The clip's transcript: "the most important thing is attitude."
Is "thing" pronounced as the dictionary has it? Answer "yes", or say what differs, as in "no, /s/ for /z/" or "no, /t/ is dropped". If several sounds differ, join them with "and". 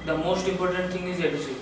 no, /t/ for /θ/